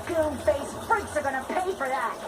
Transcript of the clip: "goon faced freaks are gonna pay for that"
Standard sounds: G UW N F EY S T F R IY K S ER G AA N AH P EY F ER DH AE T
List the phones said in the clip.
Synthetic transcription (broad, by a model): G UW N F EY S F AH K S ER G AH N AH P EY F ER DH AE T